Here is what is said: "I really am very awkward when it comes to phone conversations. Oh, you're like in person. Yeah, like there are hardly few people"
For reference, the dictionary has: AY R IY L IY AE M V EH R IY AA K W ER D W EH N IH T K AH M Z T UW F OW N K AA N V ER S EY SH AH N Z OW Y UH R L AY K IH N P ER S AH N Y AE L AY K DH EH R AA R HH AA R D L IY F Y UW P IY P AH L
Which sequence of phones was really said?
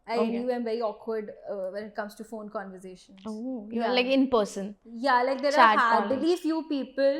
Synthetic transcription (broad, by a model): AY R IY IY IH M V EH R IY AA K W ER D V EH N IH T K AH M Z T UW F OW N K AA N V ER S EY SH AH N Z OW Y L AY K IH N P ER S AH N Y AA L AY K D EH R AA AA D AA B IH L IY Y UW P IY P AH L